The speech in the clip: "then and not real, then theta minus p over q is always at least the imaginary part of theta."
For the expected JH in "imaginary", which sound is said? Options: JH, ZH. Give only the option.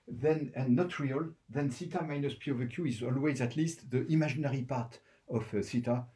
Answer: ZH